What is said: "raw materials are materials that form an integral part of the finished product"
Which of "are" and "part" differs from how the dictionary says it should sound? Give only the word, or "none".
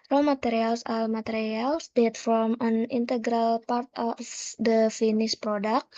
are